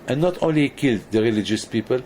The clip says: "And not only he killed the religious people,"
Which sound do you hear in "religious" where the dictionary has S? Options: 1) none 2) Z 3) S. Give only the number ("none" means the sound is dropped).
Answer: 3